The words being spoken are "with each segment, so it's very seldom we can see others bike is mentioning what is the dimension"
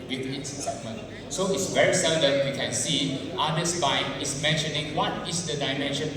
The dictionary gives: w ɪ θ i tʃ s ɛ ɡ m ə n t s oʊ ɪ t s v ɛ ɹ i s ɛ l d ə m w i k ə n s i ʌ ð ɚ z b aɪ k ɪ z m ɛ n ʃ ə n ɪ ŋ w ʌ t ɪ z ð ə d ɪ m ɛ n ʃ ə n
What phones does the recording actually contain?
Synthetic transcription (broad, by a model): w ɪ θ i s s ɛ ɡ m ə n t s oʊ ɪ t s v ɛ ɹ i s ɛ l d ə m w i k ə n s i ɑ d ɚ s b aɪ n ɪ s m ɛ n ʃ ə n ɪ ŋ w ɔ t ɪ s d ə d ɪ m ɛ n ʃ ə n